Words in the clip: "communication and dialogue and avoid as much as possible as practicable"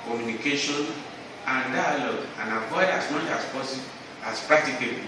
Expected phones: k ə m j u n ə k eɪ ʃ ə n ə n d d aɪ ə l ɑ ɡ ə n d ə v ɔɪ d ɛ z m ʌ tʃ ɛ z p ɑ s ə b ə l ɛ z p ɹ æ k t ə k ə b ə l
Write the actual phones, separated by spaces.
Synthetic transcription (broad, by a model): k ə m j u n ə k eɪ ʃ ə n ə n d d aɪ ə l ɑ ɡ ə n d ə p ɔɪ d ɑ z m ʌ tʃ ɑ s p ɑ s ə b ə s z p ɹ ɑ k t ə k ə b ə